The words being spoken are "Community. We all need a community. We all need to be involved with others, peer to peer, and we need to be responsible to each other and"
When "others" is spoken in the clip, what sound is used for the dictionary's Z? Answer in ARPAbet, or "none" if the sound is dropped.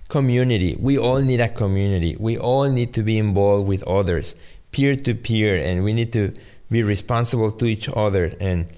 S